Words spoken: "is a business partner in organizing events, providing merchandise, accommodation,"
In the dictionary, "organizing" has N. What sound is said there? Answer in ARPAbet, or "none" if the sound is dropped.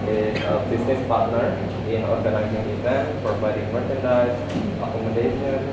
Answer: L